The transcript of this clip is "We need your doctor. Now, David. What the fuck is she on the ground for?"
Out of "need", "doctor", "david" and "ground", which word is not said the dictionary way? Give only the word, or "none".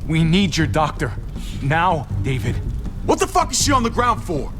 none